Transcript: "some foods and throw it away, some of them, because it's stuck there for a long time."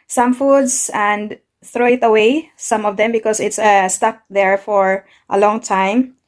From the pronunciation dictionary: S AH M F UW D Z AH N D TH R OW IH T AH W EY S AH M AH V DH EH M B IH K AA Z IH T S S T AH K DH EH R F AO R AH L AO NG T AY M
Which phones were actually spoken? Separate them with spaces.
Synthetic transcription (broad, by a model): S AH M F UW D S AH N D TH R OW IH T AH W EY S AH M AH V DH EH M B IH K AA S IH T S S T AH K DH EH R F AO R AH L AO NG T AY M